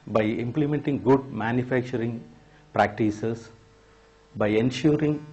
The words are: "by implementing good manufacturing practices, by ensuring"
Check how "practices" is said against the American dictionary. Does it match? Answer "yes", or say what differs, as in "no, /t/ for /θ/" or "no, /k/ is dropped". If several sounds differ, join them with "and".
no, /s/ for /z/